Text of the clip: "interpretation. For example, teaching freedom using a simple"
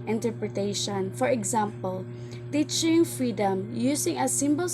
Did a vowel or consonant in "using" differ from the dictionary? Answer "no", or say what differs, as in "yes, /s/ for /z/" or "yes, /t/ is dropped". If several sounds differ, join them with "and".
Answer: yes, /s/ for /z/